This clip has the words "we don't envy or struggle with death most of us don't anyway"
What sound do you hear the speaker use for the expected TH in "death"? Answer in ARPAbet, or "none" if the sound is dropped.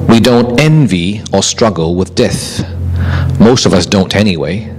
TH